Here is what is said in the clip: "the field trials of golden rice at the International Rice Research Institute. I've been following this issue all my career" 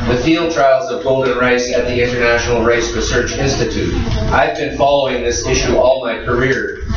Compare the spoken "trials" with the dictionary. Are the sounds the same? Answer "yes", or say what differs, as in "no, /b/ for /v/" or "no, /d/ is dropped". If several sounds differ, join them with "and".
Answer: yes